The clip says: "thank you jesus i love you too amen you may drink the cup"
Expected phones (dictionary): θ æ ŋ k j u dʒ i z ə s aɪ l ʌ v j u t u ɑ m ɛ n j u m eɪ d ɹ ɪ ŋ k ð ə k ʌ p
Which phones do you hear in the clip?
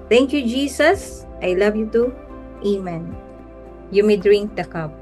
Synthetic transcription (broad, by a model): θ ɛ ŋ k j u dʒ i s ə s aɪ l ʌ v j u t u ɑ m ɛ n j u m eɪ d ɹ ɪ ŋ k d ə k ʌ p